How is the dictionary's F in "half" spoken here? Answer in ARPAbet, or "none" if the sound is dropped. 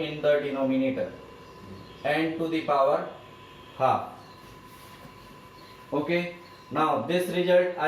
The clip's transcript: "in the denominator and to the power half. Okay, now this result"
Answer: none